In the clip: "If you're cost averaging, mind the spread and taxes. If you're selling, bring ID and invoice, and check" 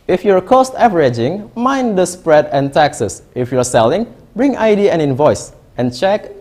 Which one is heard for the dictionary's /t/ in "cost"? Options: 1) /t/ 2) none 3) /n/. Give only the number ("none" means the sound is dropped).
1